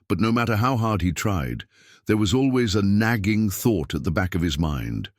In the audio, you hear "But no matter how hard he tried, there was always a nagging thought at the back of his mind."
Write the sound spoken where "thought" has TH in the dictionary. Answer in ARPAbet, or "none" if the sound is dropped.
TH